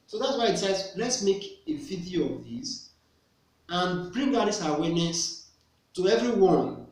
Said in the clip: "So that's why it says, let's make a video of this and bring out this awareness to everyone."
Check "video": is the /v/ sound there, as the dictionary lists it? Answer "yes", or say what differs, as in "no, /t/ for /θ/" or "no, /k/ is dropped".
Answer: no, /f/ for /v/